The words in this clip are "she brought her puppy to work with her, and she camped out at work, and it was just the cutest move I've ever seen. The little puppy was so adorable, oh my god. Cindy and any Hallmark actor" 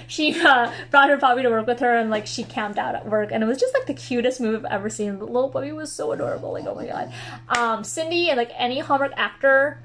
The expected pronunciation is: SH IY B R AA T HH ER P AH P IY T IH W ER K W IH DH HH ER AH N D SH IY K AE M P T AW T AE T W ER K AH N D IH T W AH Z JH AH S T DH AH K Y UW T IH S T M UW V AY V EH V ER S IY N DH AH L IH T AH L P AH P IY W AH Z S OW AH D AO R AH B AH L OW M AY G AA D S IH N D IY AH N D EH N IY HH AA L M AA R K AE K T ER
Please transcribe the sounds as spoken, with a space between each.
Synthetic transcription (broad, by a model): SH IY B R AA T HH ER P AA B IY T IH W ER K W IH DH ER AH N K SH IY K AE M P T AW T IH T W ER K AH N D IH T W AH Z JH AH S T DH AH K Y UW T IH S T M UW V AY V EH V ER S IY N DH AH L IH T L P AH B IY W AH Z S OW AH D AO R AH B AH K OW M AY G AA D S IH N D IY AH N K EH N IY HH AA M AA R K AE K T ER